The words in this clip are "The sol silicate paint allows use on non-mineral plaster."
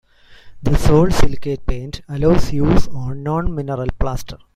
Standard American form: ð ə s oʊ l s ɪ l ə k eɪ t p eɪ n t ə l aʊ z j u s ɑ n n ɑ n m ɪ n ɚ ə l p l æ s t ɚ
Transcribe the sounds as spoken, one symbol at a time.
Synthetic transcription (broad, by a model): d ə s oʊ l s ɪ l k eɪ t p eɪ n t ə l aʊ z j u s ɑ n n ɑ n m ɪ n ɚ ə l p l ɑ s t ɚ